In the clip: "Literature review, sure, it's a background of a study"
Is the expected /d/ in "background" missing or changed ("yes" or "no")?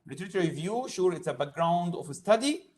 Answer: no